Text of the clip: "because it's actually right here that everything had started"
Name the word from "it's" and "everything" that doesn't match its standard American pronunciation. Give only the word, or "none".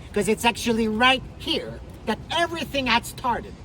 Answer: none